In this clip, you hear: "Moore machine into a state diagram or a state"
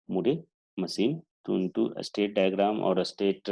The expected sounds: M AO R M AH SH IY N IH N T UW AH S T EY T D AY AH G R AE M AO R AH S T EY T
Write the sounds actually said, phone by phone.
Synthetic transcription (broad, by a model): M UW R M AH S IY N IH N T UW AH S T EY T D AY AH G R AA M AO R AH S T EY T